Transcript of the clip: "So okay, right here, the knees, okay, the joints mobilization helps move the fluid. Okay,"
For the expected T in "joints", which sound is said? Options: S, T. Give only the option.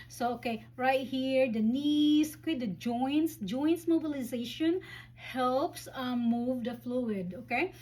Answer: S